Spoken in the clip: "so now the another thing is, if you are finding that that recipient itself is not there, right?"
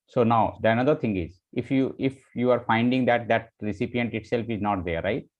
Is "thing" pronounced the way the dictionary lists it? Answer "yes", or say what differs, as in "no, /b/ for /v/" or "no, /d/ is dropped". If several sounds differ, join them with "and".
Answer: no, /t/ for /θ/